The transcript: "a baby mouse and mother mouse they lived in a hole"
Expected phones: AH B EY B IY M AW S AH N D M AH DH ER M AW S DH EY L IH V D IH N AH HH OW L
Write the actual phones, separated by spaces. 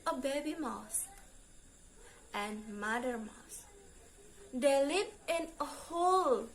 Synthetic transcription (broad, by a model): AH B EY B IY M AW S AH N M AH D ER M AW S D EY L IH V IH N AH HH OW L